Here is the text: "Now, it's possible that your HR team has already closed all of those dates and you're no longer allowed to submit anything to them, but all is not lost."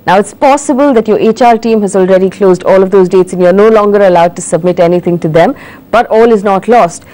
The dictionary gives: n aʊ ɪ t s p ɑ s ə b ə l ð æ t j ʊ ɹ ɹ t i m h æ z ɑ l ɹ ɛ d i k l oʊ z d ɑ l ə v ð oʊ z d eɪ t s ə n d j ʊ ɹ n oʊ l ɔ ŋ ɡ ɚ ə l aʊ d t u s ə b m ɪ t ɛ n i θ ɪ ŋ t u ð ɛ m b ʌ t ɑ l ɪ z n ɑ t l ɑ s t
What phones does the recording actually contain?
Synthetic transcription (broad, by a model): n aʊ ɪ t s p ɑ s ə b ə l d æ t j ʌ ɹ ɹ t i m h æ z ɑ l ɹ ɛ d i k l oʊ z d ɑ l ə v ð oʊ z d eɪ t s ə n j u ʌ n oʊ l ɔ ŋ ɡ ɚ ə l aʊ d t u s ə b m ɪ t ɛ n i t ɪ ŋ t u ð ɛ m b ʌ t ɑ l ɪ z n ɑ t l ɑ s t